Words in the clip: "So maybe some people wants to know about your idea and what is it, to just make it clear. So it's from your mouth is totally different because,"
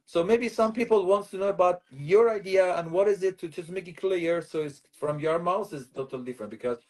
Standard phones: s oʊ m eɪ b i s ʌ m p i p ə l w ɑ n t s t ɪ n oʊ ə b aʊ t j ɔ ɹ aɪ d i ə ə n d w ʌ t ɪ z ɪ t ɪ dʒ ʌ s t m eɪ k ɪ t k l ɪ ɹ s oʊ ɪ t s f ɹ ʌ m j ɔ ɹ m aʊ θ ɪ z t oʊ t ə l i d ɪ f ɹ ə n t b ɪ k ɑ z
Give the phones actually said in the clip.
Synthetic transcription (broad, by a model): s oʊ m eɪ b i s ʌ m p i p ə l w ɑ n t s t ɪ n oʊ ə b aʊ t j ɔ ɹ aɪ d i ə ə n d w ʌ t ɪ z ɪ t ɪ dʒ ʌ s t m eɪ k ɪ t k l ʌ ɹ s oʊ ɪ t s f ɹ ʌ m j ɔ ɹ m aʊ θ ɪ z t oʊ t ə l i d ɪ f ɹ ə n t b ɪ k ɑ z